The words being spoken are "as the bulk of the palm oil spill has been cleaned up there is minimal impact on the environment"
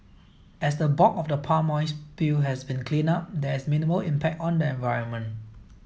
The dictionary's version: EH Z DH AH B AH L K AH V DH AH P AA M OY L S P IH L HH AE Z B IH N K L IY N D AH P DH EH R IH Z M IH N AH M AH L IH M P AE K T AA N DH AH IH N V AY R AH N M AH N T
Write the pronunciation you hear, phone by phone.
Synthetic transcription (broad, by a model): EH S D AH B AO K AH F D AH P AA M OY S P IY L HH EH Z B IH N K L IY N AA P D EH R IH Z M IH N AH M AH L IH M P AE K T AA N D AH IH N V AY R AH N M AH N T